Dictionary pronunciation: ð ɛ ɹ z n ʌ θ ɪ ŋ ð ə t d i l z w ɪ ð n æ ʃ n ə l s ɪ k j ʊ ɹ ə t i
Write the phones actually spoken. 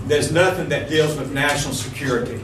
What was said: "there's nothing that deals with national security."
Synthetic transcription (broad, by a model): ð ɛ ɹ z n ʌ θ ɪ ŋ ð ə t d i l z w ɪ ð n æ ʃ n l s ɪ k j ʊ ɹ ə t i